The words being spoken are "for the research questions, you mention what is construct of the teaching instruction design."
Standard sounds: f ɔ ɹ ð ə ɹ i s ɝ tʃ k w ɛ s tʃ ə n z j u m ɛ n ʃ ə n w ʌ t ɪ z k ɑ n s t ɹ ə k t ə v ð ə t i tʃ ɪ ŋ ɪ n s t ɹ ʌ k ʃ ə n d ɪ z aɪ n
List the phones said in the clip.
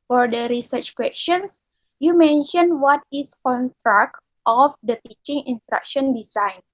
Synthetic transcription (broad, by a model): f ɔ ɹ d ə ɹ i s ɝ tʃ k w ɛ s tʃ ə n s j u m ɛ n ʃ ə n w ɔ t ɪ s k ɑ n s t ɹ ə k t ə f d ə t i tʃ ɪ ŋ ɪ n s t ɹ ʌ k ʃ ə n d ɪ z aɪ n